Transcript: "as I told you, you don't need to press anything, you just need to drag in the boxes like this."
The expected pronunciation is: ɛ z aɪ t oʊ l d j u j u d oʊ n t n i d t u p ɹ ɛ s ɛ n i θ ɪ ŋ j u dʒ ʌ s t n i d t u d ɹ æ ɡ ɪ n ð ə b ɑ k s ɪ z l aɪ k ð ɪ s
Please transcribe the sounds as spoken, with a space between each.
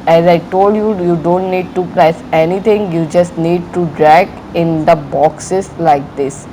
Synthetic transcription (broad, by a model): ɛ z aɪ t oʊ l d j u j u d oʊ n t n i d t u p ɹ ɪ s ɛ n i t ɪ ŋ j u dʒ ʌ s t n i d t u d ɹ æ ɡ ɪ n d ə b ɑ k s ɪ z l aɪ k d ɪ s